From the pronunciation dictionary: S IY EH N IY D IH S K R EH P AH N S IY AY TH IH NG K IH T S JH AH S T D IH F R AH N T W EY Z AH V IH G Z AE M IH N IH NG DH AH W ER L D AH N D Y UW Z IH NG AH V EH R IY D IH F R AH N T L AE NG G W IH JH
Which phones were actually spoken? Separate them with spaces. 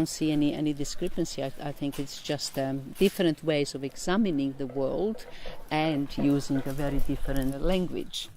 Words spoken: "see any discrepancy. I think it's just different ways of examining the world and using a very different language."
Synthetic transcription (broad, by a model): S IY EH N IY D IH S K R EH P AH N S IY AY TH IH NG K IH T S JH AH S T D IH F R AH N T W EY Z AH V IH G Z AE M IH N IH NG DH AH W ER L D AH N D Y UW Z IH NG AH V EH R IY D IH F R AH N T L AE NG G W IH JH